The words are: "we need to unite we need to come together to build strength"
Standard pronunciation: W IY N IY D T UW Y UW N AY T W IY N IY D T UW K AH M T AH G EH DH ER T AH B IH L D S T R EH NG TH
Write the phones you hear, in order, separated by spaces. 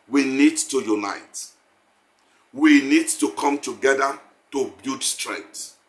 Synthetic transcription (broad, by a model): W IY N IY D T UW Y UW N AY T W IY N IY D T UW K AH M T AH G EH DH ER T AH B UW D S T R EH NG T